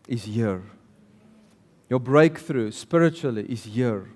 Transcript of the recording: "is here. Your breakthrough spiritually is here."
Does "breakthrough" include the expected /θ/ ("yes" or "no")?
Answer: yes